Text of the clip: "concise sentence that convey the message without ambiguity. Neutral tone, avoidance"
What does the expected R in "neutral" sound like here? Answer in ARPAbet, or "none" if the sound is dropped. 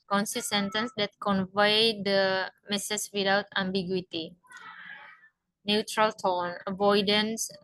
R